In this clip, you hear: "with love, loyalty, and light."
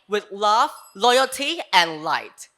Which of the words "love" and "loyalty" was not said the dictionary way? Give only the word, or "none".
love